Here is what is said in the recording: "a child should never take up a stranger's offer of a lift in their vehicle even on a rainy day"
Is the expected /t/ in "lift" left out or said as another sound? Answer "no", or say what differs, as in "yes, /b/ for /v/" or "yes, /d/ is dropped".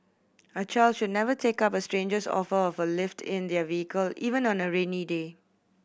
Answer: no